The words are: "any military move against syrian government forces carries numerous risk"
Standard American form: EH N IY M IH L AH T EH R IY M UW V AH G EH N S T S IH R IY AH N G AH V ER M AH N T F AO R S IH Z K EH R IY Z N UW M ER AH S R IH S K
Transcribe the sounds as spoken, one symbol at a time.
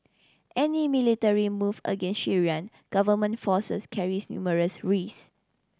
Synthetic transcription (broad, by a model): EH N IY M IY L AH T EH R IY M UW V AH G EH N S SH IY R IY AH N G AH V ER M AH N T F AO S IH S K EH R IY S N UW M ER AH S R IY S